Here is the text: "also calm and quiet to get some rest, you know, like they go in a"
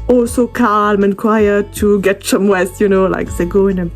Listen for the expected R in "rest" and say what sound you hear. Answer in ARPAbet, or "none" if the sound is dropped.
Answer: W